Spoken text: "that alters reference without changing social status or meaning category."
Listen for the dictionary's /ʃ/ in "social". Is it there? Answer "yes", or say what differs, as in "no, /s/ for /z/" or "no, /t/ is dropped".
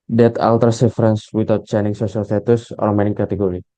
no, /s/ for /ʃ/